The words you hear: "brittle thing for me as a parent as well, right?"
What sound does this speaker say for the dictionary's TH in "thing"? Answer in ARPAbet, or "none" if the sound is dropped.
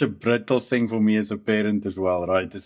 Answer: TH